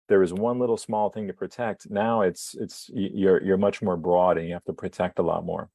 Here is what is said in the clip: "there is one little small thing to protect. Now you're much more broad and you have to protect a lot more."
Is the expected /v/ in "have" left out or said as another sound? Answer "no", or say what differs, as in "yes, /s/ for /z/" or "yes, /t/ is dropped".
yes, /f/ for /v/